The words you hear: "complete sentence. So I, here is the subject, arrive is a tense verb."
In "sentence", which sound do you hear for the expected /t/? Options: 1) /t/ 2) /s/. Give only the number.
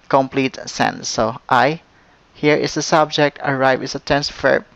2